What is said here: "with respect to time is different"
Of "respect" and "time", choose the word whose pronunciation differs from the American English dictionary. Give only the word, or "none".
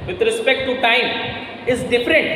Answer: none